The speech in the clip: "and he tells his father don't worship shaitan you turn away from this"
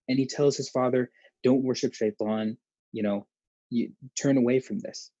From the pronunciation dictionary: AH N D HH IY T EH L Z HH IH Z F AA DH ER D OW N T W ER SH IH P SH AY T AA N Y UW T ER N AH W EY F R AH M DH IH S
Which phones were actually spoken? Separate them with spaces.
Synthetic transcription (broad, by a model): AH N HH IY T EH L Z HH IH Z F AA DH ER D OW N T W ER SH IH P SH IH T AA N Y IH T ER N AH W EY F R AH M DH IH S